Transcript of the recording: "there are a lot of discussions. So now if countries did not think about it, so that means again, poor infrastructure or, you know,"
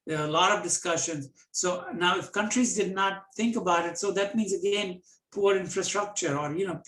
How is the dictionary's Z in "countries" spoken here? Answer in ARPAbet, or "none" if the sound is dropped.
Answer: Z